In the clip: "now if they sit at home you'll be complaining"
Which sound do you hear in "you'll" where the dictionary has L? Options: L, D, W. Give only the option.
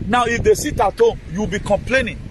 W